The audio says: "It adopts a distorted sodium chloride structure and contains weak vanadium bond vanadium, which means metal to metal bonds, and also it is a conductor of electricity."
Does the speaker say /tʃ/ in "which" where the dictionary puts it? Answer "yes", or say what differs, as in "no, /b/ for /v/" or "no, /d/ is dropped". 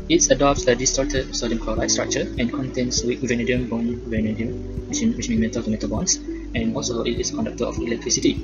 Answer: no, /ʃ/ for /tʃ/